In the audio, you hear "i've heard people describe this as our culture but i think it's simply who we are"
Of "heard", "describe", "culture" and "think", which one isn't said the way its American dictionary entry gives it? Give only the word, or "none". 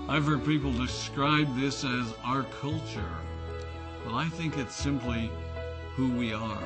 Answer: none